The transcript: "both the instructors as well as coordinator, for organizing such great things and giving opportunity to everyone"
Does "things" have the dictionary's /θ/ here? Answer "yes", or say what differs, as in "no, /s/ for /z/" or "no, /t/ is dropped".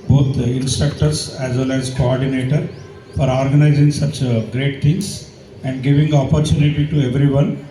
no, /t/ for /θ/